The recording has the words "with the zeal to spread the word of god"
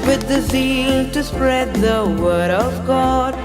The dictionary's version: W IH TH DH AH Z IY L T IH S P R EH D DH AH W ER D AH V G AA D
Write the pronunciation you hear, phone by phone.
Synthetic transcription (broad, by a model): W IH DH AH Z IY L T IH S P R EH D DH AH W ER D AH V G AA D